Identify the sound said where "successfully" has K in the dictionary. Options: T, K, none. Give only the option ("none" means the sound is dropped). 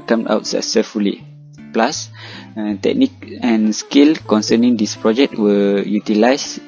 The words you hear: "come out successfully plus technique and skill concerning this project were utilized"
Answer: none